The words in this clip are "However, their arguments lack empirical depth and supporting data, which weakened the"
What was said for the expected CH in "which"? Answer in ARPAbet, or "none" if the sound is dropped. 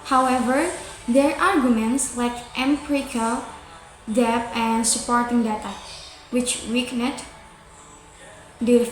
CH